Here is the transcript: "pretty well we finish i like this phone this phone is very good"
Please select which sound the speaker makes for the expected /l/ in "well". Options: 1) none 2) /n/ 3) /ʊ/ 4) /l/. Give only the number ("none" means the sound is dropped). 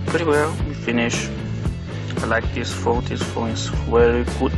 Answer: 4